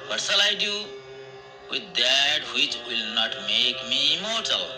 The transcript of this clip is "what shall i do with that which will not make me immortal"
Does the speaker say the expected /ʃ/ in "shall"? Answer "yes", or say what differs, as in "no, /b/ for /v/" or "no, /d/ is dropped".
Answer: no, /s/ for /ʃ/